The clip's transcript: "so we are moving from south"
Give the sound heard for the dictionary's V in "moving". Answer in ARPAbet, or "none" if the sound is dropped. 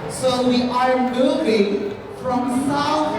B